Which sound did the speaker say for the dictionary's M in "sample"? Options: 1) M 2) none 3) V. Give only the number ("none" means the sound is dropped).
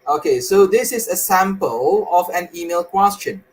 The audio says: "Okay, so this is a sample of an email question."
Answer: 1